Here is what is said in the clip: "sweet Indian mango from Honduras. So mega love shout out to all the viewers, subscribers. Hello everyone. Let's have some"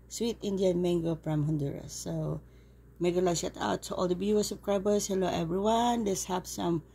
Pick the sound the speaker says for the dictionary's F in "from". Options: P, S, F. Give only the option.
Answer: P